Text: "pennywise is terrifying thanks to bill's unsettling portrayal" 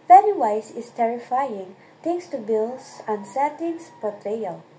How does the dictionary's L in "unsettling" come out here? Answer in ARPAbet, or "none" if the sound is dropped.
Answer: none